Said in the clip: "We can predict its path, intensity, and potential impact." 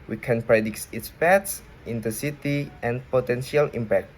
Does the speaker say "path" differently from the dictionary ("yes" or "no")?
yes